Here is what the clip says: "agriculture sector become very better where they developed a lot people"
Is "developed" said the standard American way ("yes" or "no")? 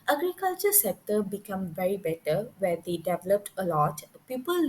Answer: yes